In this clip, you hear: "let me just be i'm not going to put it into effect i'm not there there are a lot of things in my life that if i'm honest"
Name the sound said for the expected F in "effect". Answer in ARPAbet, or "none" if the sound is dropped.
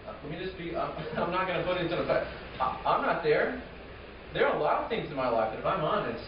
none